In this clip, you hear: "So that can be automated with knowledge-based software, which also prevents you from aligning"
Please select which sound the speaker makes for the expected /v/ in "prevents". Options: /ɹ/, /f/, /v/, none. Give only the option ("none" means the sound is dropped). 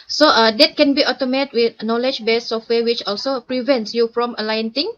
/v/